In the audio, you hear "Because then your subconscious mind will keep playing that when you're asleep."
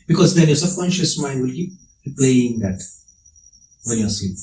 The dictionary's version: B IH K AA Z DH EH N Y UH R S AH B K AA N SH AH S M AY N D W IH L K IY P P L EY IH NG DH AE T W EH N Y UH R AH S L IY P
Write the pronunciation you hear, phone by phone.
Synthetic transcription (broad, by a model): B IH K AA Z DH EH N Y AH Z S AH K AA N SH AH S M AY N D W IH L K IY P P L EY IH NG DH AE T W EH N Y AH S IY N